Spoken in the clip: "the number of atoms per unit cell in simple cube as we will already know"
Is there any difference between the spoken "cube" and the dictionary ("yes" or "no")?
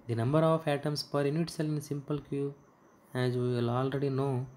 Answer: yes